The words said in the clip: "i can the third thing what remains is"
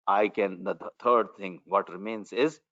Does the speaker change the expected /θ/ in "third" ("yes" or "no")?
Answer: yes